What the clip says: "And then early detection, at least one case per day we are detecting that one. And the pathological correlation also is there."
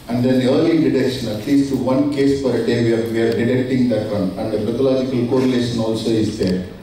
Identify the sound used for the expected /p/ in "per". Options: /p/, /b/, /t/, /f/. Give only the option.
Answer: /f/